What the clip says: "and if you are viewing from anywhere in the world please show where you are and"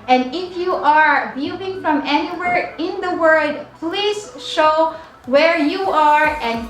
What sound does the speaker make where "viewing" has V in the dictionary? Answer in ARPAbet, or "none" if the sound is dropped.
B